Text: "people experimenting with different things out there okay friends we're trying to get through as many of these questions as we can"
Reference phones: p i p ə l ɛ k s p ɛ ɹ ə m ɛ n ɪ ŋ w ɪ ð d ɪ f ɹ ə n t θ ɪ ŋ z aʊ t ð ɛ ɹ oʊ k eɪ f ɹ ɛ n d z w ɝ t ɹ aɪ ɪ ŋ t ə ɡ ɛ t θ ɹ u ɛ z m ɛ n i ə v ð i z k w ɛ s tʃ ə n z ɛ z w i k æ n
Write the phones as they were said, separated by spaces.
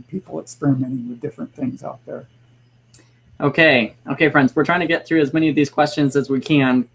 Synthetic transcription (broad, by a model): p i p l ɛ k s p ɛ ɹ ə m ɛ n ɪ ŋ w ɪ ð d ɪ f ɹ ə n θ ɪ ŋ z aʊ t ð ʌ ɹ oʊ k eɪ f ɹ ɛ n d z w ɝ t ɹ aɪ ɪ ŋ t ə ɡ ɛ t θ ɹ u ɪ z m ɛ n i ə v ð i z k w ɛ s tʃ ə n z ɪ z w i k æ n